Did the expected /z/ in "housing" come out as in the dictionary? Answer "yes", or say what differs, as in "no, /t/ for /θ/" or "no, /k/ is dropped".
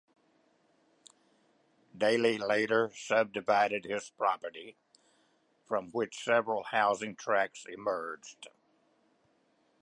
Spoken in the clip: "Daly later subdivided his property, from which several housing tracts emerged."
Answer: yes